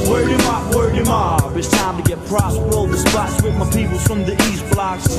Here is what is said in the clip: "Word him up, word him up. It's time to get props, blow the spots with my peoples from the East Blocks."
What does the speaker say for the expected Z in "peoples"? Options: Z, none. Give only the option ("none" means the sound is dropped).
none